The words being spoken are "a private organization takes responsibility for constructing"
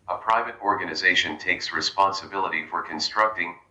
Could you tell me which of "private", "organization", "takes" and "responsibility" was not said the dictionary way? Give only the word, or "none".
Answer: none